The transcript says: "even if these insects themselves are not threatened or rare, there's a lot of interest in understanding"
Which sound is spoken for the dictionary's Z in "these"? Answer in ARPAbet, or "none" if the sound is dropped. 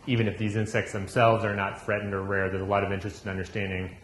Z